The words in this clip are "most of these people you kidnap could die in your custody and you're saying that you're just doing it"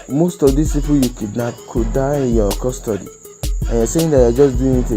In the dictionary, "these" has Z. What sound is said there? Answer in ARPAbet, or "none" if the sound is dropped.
S